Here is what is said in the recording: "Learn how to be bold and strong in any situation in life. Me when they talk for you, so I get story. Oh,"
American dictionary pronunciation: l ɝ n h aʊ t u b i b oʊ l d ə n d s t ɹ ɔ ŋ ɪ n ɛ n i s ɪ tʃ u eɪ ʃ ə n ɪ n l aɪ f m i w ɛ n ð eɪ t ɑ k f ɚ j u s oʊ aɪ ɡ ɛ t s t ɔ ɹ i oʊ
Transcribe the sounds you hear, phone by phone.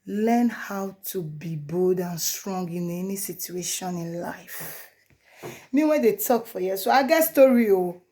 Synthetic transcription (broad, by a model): l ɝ n h aʊ t u b i b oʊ d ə n s t ɹ ɔ ŋ ɪ n ɛ n i s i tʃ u eɪ ʃ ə n ɪ n l aɪ f m i w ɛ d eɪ t ɑ k f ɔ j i s oʊ aɪ ɡ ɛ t s t ɔ ɹ i oʊ